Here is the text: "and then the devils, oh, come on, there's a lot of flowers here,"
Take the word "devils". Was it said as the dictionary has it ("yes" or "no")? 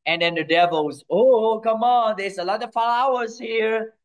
yes